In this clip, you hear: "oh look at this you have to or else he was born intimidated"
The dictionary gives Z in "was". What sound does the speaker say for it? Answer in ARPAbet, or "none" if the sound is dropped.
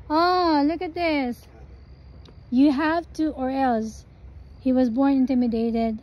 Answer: Z